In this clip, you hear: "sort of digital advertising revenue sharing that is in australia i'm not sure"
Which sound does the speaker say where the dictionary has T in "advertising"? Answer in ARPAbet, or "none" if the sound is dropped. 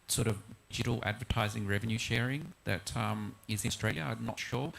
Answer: T